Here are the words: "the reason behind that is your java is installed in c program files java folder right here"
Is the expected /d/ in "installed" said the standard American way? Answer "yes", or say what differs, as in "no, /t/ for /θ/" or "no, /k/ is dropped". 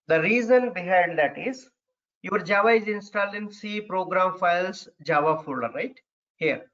no, /d/ is dropped